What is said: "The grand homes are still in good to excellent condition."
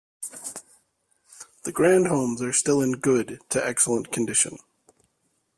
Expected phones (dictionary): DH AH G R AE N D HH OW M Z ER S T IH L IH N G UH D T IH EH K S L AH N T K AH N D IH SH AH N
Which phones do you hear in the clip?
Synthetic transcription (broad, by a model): DH AH G R AE N D HH OW M Z ER S T IH L IH N G UH D T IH EH K S L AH N K AH N D IH SH AH N